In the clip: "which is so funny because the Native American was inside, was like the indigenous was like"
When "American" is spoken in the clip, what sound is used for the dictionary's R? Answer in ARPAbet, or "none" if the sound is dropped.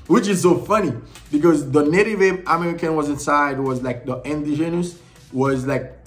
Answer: R